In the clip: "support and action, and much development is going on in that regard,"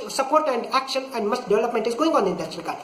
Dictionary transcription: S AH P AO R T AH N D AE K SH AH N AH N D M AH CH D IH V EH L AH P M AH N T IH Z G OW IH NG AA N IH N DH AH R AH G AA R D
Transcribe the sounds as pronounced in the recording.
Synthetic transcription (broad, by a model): S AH P AO R T AH N D AE K SH AH N AH N D M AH S D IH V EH L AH P M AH N T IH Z G OW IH NG AA N IH N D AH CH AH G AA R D